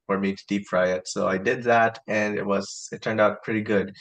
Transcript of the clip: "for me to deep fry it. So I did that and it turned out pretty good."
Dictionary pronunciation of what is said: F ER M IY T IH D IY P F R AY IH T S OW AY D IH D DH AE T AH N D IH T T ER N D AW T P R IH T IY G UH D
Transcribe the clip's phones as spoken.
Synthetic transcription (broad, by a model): F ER M IY T IH D IY P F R AY IH T S OW AY D IH D DH AE T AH N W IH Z T ER N D AW T P R IH T IY G UH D